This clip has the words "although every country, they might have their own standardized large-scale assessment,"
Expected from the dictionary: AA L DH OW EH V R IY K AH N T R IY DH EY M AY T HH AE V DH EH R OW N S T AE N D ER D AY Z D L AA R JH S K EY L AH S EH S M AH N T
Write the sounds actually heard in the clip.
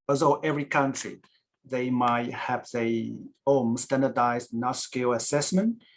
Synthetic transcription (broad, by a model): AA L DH OW EH V R IY K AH N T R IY DH EY M AY T HH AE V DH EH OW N S T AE N D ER D AY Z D N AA S K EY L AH S EH S M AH N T